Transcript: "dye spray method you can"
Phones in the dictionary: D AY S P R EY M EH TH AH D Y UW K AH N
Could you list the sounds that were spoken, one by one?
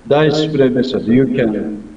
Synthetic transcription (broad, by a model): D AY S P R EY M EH S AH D Y UW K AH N